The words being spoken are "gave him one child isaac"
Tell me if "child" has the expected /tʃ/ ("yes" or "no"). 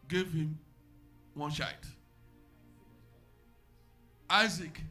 no